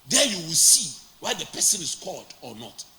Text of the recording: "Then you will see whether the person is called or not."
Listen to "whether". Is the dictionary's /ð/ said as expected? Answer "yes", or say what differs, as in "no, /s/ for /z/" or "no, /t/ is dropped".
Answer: no, /ð/ is dropped